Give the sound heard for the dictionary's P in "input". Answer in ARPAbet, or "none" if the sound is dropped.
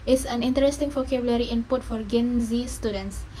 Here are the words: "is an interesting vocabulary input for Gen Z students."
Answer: P